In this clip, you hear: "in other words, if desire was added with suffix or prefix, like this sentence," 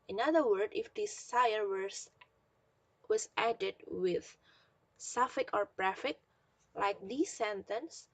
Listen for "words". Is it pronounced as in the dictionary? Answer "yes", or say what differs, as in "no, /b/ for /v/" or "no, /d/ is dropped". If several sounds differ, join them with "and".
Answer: no, /z/ is dropped